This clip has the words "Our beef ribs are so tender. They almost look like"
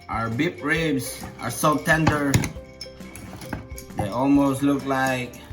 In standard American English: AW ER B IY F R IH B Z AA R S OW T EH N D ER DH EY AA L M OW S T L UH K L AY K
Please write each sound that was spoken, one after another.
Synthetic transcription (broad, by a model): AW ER B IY P R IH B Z AA R S OW T EH N D ER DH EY AA L M OW S T L UH K L AY K